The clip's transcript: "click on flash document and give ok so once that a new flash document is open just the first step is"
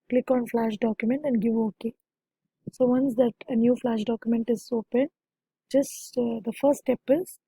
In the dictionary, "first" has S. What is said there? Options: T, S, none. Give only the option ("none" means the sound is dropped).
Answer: none